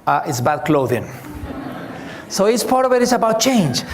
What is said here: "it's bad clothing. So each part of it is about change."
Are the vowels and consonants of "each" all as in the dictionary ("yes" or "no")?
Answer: no